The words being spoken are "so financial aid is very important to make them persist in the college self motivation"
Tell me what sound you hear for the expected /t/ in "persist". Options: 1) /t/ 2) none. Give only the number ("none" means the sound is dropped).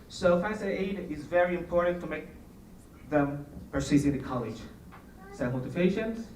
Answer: 2